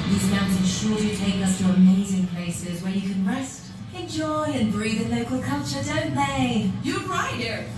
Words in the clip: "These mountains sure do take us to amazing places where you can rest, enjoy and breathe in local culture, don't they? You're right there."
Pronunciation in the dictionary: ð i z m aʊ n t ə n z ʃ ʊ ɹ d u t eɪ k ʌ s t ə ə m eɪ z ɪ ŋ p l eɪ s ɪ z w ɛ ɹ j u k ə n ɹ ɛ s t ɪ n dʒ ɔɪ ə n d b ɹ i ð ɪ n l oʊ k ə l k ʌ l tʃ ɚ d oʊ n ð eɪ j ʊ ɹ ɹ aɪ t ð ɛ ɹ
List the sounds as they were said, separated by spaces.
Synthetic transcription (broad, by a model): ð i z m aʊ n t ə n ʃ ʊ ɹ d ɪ t eɪ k ʌ s t ə ə m eɪ z ɪ ŋ p l eɪ s ɪ z w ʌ ɹ j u k ə n ɹ ɛ s t ɪ n dʒ ɔɪ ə n b ɹ i ð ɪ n l oʊ k ə l k ʌ l tʃ ɚ d oʊ n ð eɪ j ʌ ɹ ɹ aɪ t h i ɹ